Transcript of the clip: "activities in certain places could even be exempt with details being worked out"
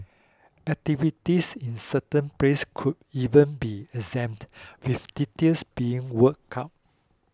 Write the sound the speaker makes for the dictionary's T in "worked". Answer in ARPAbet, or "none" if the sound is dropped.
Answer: none